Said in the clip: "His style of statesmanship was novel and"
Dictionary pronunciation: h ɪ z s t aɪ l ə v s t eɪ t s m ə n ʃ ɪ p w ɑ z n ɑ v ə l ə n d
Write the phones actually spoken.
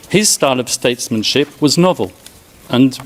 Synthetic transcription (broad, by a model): h ɪ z s t aɪ l ə v s t eɪ t s m ə n ʃ ɪ p w ɑ z n ɑ v ə l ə n